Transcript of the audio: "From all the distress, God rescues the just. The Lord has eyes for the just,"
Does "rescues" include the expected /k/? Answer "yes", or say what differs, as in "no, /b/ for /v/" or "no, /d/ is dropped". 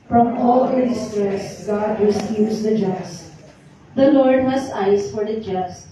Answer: no, /k/ is dropped